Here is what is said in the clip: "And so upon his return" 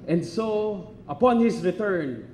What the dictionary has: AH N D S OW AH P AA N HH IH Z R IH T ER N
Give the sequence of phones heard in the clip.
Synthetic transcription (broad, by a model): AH N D S OW AH P AA N HH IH S R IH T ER N